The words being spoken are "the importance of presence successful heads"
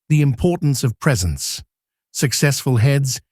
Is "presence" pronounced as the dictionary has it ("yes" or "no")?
yes